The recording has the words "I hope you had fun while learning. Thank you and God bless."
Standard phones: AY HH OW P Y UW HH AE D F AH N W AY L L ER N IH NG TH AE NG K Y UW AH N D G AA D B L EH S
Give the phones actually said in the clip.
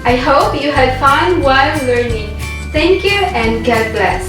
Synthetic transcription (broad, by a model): AY HH OW P Y UW HH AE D F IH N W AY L L ER N IH NG T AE NG K Y UW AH N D G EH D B L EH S